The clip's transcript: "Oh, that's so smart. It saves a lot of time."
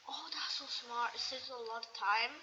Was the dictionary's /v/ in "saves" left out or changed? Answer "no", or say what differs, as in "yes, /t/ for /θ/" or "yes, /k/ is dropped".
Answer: yes, /v/ is dropped